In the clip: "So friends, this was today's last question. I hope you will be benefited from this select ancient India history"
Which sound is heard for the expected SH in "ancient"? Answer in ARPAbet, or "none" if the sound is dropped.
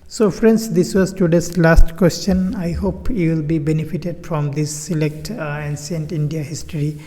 S